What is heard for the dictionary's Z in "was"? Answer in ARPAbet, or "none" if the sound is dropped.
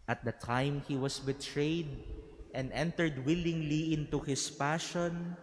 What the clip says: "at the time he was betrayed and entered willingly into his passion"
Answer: S